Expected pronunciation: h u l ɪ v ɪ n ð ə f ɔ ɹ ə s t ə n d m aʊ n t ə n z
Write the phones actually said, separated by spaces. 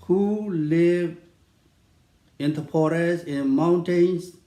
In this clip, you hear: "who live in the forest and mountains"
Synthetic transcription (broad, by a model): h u l ɪ v ɪ n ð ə p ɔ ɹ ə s ə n m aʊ n t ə n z